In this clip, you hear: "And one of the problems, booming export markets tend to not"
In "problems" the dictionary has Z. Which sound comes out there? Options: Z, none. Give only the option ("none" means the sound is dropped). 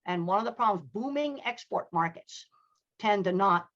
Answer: Z